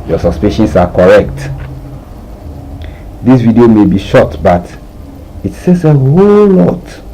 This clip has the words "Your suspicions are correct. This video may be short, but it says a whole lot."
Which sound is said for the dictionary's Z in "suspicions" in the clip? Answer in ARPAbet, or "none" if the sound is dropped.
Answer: S